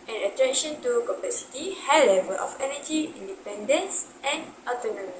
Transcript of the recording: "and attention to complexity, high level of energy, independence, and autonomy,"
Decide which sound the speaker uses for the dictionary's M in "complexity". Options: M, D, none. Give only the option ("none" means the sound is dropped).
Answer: none